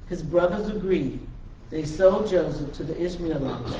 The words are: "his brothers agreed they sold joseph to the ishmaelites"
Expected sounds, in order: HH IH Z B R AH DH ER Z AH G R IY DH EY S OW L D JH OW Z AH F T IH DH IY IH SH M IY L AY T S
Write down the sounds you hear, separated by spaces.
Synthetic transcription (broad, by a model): HH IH Z B R AH DH ER Z AH G R IY DH EY S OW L JH OW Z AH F T IH DH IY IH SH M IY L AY